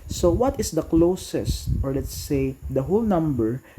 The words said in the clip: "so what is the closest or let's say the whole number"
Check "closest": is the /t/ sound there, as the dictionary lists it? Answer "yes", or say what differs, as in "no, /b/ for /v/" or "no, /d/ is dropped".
yes